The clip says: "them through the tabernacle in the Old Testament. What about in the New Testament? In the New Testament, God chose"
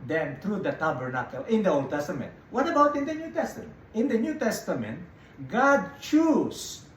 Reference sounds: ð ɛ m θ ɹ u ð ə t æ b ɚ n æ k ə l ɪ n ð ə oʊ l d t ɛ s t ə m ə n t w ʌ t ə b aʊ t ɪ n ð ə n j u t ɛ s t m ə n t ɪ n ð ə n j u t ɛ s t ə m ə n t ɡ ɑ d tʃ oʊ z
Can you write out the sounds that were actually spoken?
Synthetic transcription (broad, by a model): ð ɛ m t ɹ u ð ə t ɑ b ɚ n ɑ k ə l ɪ n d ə oʊ l d t ɛ s t ə m ə n t w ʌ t ə b aʊ t ɪ n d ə n j u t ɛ s t ə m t ɪ n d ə n j u t ɛ s t ə m ə n t ɡ ɑ d tʃ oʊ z